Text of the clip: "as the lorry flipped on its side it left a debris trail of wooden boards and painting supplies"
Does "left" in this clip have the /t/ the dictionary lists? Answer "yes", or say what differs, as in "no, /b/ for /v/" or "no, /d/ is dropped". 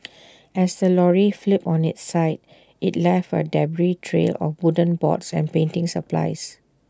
no, /t/ is dropped